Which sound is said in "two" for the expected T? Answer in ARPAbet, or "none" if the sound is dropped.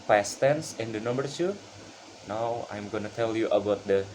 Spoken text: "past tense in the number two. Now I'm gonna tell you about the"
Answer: S